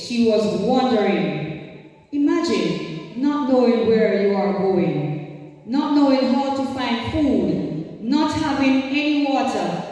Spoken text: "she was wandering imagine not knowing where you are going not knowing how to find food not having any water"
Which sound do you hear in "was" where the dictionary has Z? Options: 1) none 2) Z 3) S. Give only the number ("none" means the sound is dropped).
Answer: 2